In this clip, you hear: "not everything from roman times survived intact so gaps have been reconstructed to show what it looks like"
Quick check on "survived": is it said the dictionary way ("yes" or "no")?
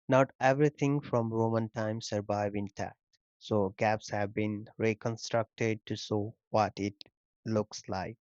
no